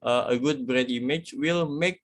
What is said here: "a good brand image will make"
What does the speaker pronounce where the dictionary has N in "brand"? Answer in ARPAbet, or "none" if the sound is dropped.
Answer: none